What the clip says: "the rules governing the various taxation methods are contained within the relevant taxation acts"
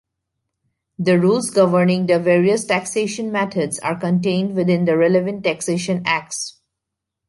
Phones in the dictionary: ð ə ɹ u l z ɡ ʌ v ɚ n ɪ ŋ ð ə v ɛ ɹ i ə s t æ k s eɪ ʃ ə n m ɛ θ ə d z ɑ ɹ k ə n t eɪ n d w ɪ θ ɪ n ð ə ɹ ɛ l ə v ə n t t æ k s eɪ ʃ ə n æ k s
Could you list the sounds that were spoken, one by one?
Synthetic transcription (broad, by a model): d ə ɹ u l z ɡ ʌ v ɚ n ɪ ŋ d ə v ɛ ɹ i ə s t æ k s eɪ ʃ ə n m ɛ t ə d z ɑ ɹ k ə n t eɪ n d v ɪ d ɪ n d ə ɹ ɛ l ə v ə n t t æ k s eɪ ʃ ə n æ k s